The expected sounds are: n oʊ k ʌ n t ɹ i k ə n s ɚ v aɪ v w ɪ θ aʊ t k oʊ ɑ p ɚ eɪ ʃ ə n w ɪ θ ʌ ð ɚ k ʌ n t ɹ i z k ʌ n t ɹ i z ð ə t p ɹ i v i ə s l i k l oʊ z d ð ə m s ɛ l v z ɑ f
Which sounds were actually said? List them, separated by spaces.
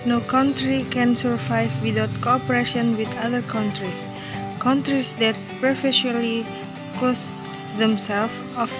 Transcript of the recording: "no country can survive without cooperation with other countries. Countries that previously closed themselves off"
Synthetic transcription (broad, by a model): n oʊ k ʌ n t ɹ i k ə n s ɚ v aɪ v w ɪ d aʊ t k oʊ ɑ p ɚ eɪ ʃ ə n w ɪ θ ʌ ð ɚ k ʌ n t ɹ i s k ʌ n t ɹ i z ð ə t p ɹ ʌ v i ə l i k oʊ s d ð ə m s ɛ l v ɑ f